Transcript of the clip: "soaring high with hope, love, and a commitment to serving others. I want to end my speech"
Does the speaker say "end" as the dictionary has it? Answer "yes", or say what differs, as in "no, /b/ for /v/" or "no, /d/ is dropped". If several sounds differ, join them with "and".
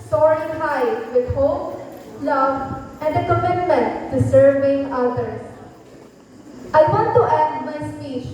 no, /n/ is dropped